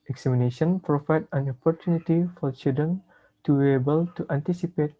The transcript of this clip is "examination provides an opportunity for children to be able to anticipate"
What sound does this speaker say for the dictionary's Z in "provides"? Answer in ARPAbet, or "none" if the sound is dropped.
none